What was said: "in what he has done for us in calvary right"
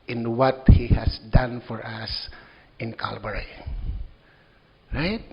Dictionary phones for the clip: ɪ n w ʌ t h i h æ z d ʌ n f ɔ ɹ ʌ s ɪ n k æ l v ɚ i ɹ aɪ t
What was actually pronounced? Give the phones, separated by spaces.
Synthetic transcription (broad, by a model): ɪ n w ʌ t h i h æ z d ʌ n f ɔ ɹ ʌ s ɪ n k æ l b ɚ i ɹ aɪ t